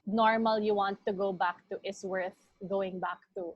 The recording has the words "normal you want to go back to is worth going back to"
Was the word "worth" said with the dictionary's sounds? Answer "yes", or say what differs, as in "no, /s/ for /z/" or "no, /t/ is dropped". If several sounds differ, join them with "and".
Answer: yes